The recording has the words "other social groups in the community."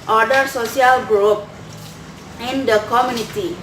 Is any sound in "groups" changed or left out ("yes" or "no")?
yes